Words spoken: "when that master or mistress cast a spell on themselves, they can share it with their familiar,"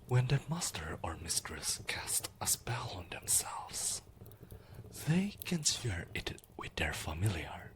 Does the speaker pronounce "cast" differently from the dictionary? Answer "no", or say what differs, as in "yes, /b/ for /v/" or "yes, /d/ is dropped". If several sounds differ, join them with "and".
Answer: no